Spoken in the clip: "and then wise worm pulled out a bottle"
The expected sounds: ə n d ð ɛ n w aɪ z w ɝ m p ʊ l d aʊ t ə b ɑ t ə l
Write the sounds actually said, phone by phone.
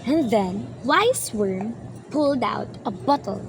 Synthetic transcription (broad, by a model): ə n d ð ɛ n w aɪ s w ɝ m p ʊ l d aʊ t ə b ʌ t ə l